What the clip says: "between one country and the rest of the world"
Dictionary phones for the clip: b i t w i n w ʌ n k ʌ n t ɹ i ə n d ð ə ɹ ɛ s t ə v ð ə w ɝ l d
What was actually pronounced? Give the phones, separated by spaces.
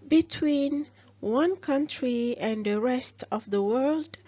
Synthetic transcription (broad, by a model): b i t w i n w ʌ n k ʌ n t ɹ i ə n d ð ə ɹ ɛ s t ə v ð ə w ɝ l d